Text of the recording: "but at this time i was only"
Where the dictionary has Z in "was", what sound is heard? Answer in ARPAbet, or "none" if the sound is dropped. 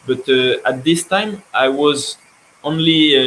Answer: Z